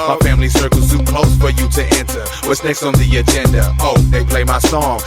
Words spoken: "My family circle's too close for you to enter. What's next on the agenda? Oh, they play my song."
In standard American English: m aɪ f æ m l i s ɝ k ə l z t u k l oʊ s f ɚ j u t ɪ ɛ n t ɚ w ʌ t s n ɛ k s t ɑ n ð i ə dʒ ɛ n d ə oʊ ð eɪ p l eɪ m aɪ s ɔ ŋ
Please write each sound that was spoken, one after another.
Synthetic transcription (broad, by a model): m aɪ f æ m l i s ɝ k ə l s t k l oʊ s f ɚ j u t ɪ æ n s ɚ w ʌ t s n ɛ k s t n ð i ə dʒ ɛ n d ə oʊ ð eɪ p l eɪ m aɪ s ɔ ŋ